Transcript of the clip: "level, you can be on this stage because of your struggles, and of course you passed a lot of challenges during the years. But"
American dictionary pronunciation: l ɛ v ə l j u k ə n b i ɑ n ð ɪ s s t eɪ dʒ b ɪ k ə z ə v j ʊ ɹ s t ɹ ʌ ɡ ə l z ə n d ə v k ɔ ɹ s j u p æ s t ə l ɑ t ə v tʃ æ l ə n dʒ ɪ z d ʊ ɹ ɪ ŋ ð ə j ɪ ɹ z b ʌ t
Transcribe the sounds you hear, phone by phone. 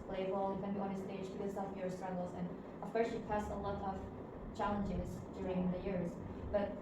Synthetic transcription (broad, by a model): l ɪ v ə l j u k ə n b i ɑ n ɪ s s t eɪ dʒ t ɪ ə s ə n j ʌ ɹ s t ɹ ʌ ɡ l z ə n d ə v k ɔ ɹ s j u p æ s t ə l ɑ t ə v tʃ æ l ə n dʒ ɪ z d ʊ ɹ ɪ ŋ ð ə j ɪ ɹ z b ʌ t